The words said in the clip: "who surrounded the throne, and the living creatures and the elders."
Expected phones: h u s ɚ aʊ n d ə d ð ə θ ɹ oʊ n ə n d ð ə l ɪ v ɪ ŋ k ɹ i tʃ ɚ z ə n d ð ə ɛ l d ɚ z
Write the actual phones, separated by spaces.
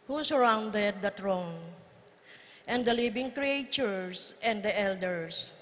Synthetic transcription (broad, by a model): h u s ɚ aʊ n d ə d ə t ɹ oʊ n ə n d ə l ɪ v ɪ ŋ k ɹ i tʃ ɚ s ə n d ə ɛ l d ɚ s